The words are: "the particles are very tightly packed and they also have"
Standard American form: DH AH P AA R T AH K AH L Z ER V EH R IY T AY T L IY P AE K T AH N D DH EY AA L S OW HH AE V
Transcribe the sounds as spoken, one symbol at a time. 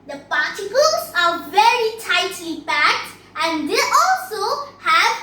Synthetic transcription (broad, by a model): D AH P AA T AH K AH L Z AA V EH R IY T AY T L IY B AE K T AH N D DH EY AA L S OW HH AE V